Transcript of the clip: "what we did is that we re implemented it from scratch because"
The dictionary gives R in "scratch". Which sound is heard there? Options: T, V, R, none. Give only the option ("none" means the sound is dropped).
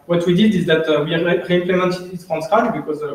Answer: none